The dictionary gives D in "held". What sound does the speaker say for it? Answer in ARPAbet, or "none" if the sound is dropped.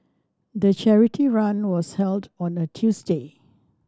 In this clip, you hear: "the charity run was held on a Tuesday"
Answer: D